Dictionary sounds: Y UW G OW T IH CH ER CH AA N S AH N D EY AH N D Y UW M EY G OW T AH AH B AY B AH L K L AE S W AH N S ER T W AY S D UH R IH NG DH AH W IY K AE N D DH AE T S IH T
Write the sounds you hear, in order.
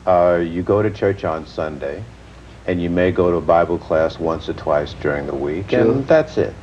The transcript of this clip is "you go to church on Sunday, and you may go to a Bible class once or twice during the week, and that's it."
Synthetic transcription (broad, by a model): Y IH G OW T IH CH ER CH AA N S AH N D EY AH N Y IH M EY G OW T AH AH B AY B L K L AE S W AH N S ER T W AY S D UH R IH NG DH AH W IY K DH AE T S IH T